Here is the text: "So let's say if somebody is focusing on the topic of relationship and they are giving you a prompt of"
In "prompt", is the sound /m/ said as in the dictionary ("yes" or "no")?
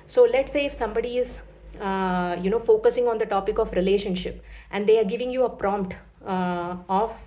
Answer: yes